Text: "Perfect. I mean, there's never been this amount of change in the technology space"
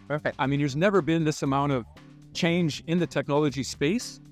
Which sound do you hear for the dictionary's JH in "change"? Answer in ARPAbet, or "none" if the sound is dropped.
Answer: JH